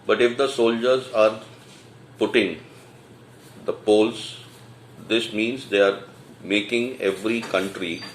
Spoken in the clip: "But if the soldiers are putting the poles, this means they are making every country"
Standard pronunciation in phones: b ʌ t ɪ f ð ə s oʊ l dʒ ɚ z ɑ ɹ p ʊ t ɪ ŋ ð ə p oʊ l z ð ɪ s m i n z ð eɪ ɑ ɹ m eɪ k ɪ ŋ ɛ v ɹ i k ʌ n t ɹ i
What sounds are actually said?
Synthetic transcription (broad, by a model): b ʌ t ɪ f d ə s oʊ l dʒ ɚ z ɑ ɹ p ʊ t ɪ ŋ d ə p oʊ l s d ɪ s m i n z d eɪ ɑ ɹ m eɪ k ɪ ŋ ɛ v ɹ i k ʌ n t ɹ i